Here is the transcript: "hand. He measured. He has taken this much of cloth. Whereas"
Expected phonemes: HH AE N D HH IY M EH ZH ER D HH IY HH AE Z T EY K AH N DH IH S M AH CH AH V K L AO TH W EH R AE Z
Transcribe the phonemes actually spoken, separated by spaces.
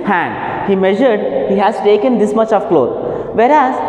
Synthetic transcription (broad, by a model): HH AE N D HH IY M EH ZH ER D HH IY HH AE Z T EY K AH N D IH S M AH CH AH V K L AO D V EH R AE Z